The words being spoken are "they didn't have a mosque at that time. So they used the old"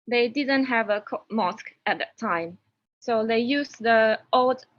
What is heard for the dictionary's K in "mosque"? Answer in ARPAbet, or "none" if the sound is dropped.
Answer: K